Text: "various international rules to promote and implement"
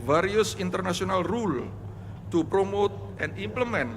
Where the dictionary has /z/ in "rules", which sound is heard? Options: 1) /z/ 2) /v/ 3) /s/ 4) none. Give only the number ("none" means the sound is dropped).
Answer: 4